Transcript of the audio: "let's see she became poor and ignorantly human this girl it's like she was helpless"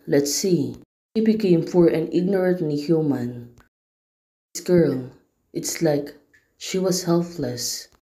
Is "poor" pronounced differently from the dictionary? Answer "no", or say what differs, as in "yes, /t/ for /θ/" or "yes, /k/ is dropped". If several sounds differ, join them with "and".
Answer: yes, /f/ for /p/